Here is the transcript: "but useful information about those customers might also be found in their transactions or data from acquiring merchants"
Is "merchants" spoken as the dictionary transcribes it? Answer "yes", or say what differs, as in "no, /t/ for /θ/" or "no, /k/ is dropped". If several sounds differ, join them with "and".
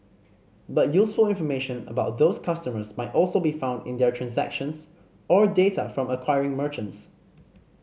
yes